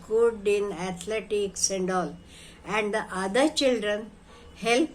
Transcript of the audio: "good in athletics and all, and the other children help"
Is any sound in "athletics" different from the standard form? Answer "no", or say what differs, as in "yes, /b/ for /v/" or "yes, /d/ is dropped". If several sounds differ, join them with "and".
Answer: yes, /t/ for /θ/